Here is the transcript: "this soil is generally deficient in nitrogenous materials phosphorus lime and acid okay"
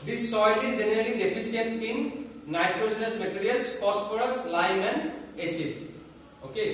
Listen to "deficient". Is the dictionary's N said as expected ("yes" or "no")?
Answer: no